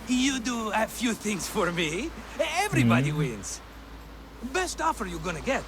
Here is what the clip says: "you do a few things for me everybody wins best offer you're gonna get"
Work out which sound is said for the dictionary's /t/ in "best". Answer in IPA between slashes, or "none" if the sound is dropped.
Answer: /t/